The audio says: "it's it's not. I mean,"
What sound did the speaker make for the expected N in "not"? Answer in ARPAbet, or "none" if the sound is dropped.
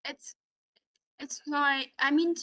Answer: L